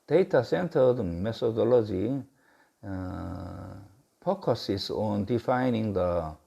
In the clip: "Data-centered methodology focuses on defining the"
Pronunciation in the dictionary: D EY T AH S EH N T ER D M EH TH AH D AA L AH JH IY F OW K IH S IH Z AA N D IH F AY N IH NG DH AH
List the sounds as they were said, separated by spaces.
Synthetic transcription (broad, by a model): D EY T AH S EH N T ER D M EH T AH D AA L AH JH IY P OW K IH S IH S AA N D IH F AY N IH NG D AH